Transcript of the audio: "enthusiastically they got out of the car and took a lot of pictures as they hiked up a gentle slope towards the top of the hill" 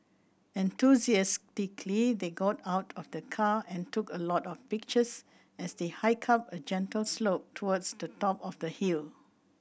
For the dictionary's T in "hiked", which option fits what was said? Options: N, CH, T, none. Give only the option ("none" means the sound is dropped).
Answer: none